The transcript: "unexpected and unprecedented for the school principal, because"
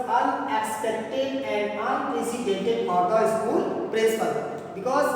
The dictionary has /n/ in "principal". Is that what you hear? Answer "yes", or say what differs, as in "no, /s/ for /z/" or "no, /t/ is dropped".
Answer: no, /n/ is dropped